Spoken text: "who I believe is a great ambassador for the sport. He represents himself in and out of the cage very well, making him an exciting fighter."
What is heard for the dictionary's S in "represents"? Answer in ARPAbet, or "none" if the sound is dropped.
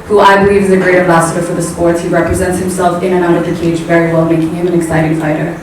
S